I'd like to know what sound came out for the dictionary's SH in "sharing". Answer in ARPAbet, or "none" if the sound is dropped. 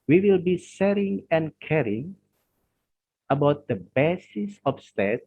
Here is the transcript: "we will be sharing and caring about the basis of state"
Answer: S